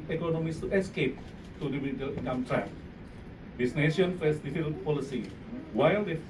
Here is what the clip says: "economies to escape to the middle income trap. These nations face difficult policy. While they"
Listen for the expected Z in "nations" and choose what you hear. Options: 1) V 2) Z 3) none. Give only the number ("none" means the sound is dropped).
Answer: 3